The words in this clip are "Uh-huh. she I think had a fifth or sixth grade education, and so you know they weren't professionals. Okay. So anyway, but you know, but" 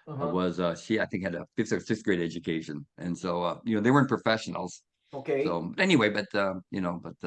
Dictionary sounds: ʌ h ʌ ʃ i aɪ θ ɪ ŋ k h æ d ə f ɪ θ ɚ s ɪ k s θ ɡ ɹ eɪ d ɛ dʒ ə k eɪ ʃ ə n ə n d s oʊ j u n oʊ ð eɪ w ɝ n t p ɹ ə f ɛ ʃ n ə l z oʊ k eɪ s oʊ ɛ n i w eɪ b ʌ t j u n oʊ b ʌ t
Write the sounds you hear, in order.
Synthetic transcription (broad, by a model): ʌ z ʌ ʃ i aɪ θ ɪ ŋ k h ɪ d ə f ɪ s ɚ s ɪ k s ɡ ɹ eɪ d ɛ dʒ ə k eɪ ʃ ə n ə n s oʊ j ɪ n oʊ ð eɪ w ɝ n p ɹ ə f ɛ ʃ n l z oʊ k eɪ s oʊ ɛ n i w eɪ b ʌ t j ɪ n oʊ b ʌ t